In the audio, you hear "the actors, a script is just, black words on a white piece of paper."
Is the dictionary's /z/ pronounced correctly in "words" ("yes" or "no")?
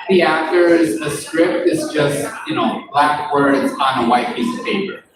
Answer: yes